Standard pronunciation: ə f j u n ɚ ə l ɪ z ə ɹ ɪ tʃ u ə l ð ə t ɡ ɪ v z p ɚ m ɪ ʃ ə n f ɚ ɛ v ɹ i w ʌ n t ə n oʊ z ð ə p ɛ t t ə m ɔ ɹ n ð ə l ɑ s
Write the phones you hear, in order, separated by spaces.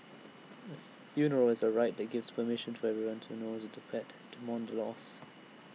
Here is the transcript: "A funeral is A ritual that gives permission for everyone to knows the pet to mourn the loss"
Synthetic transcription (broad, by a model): ə f j u n ɚ ə l ɪ z ə ɹ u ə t ð ə t ɡ ɪ v z p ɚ m ɪ ʃ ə n f ɚ ɛ v ɹ i w ʌ n t ə n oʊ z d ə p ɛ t t ə m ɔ n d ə l ɑ s